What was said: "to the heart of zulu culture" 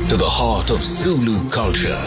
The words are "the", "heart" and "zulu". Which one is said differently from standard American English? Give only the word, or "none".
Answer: zulu